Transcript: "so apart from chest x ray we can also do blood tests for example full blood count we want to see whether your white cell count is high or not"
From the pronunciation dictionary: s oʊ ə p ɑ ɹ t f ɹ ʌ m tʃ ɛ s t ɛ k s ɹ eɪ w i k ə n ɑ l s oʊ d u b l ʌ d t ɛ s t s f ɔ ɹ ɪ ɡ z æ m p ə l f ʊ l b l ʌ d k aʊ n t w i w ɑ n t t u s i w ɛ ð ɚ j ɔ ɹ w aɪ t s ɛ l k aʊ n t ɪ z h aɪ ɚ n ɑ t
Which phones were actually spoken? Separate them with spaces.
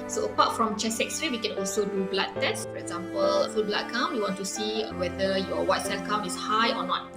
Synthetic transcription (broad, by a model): s oʊ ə p ɑ t f ɹ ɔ m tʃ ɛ s ɛ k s ɹ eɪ w i k ə n ɑ l s oʊ d u b l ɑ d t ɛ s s f ɔ ɹ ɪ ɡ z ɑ m p ə l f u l b l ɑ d k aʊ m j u w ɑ n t t u s i w ɛ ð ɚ j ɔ w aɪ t s ɛ l k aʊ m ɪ s h aɪ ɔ n ɑ t